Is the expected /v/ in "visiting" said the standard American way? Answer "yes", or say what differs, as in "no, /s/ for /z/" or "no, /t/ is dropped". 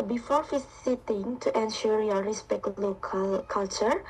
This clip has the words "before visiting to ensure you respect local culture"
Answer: no, /f/ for /v/